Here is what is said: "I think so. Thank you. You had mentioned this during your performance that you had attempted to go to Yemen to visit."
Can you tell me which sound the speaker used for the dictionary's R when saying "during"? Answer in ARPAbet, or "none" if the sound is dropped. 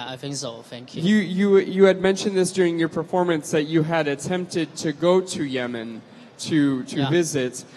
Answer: R